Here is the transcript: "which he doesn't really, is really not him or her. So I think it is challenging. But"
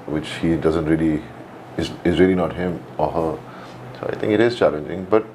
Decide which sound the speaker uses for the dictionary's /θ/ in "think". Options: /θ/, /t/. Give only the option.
/t/